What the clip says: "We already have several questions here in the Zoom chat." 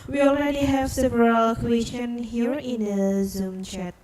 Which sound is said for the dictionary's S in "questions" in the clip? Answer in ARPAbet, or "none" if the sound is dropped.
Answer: none